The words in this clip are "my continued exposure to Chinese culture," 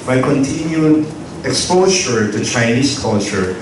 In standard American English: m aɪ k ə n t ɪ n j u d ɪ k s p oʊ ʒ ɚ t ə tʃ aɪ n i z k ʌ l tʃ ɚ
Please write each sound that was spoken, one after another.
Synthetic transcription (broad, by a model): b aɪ k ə n t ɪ n j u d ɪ k s p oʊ s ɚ t ə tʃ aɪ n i s k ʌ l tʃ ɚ